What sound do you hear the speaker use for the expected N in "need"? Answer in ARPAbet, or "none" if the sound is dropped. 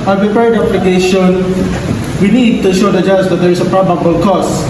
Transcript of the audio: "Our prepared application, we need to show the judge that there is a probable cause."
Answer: N